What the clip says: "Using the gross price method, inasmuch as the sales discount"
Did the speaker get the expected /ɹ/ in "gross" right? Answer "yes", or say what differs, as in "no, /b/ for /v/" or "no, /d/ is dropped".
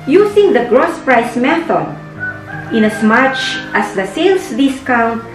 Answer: yes